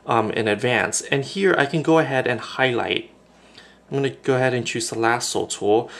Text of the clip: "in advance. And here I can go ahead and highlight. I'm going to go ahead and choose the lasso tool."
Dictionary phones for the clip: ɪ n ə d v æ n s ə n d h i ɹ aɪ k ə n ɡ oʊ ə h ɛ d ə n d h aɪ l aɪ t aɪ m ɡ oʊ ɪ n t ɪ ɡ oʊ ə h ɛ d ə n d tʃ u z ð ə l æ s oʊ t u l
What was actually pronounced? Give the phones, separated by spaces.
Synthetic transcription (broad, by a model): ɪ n ə d v æ n s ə n h i ɹ aɪ k ə n ɡ oʊ ə h ɛ d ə n h aɪ l aɪ t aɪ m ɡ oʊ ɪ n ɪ ɡ oʊ ə h ɛ d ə n tʃ u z ð ə l æ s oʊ t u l